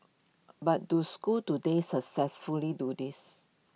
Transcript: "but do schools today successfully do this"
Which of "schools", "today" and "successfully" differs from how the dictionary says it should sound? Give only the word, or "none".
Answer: schools